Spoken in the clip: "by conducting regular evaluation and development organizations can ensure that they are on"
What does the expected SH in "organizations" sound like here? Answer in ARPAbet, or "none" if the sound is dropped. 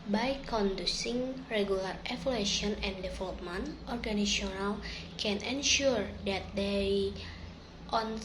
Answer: none